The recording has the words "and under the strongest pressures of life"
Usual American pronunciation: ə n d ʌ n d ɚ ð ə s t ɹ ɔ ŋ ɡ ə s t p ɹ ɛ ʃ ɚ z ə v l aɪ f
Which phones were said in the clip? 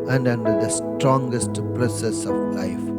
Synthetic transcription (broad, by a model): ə n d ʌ n d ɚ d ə s t ɹ ɔ ŋ ɡ ə s t p ɹ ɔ s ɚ s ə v l aɪ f